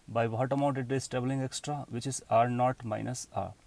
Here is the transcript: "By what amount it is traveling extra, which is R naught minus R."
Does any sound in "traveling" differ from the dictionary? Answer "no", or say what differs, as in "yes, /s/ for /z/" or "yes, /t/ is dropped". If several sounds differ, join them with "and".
yes, /b/ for /v/